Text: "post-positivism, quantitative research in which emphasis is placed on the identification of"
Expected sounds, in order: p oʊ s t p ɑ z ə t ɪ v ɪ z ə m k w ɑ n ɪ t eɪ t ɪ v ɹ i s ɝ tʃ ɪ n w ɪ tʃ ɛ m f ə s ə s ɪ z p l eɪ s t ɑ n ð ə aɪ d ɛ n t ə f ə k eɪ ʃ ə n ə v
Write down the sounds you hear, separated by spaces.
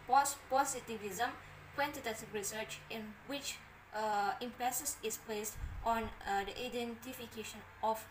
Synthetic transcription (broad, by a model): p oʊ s p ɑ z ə t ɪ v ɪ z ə m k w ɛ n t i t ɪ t ɹ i s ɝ tʃ ɪ n w ɪ tʃ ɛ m p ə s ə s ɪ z p l eɪ s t ɑ n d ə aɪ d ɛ n t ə f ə k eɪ ʃ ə n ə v